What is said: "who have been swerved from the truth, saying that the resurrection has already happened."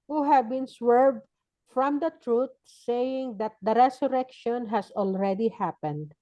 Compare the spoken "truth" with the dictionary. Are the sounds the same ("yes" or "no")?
no